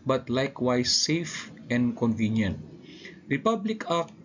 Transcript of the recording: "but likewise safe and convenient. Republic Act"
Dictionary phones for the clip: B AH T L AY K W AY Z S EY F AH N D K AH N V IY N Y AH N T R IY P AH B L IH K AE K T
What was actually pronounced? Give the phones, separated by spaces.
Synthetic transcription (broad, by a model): B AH T L AY K W AY S EY F AH N D K AH N V IY N Y AH N T R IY P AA B L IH K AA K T